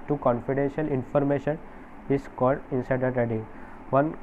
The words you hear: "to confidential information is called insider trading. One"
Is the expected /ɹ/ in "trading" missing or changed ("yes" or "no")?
yes